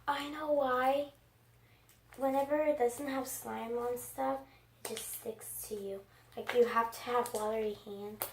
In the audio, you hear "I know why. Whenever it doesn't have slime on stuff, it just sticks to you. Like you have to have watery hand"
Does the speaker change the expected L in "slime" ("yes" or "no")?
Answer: no